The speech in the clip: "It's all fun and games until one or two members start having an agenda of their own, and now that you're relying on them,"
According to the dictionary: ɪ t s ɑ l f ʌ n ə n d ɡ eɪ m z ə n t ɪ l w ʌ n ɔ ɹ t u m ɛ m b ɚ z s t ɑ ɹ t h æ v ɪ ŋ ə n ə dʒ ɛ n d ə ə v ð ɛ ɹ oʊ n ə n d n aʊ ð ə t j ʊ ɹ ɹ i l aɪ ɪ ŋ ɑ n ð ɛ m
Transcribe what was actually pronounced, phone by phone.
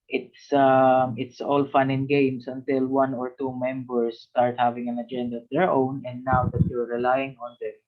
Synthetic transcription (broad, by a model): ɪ t s ɑ l f ʌ n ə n ɡ eɪ m s ə n t ɪ l w ʌ n ɔ ɹ t u m ɛ m b ɚ s t ɑ ɹ t h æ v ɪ ŋ ə n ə dʒ ɛ n d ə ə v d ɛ ɹ oʊ n ə n d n aʊ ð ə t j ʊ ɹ ɹ i l aɪ ɪ ŋ ɑ n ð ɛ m